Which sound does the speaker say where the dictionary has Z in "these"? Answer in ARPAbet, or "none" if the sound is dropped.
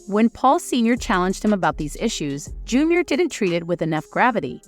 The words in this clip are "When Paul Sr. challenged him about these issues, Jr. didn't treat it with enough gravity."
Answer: Z